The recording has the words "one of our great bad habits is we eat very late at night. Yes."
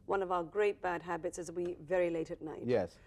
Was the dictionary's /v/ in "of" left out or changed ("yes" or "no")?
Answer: no